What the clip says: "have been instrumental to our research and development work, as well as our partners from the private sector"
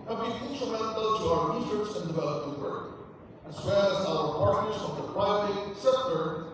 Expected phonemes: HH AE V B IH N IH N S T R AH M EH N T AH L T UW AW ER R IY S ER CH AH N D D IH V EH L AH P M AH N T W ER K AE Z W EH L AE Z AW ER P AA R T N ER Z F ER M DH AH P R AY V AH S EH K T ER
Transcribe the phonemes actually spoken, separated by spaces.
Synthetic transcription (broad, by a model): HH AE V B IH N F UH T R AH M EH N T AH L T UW AW ER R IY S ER S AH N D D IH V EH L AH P AH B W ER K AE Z W EH L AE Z AW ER P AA R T N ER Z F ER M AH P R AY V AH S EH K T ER